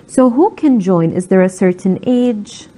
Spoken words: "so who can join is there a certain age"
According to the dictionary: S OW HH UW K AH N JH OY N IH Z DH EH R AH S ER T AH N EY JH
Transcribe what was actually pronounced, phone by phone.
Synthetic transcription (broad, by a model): S OW HH UW K AH N JH OY N IH Z DH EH R AH S ER T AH N EY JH